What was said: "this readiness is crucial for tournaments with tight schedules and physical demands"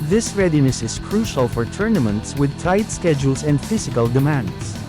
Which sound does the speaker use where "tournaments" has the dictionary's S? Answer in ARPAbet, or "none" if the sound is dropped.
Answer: S